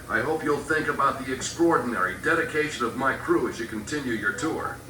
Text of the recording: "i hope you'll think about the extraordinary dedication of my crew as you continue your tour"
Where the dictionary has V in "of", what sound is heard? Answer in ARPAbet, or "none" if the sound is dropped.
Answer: V